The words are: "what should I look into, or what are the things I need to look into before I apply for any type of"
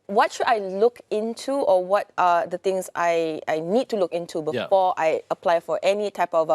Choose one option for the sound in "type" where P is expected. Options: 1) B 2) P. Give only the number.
2